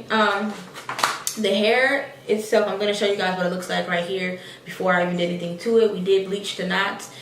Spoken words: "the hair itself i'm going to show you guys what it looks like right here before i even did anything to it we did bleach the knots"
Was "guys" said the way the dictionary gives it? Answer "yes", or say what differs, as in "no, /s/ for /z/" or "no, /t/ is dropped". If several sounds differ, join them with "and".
yes